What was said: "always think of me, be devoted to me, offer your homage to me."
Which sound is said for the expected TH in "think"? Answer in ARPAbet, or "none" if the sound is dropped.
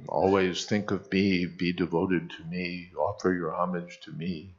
TH